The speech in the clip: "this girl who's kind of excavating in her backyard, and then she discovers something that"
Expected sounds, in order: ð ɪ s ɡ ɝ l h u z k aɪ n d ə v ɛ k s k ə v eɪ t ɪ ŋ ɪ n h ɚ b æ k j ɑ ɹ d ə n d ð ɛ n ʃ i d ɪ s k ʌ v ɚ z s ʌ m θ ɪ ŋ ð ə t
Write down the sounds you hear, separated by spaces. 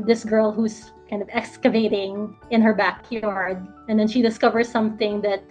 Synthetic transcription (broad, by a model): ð ɪ s ɡ ɝ l h u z k aɪ n d ə v ɛ k s k ə v eɪ t ɪ ŋ ɪ n h ɚ b æ k j ɑ ɹ d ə n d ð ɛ n ʃ i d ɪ s k ʌ v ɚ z s ʌ m θ ɪ ŋ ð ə t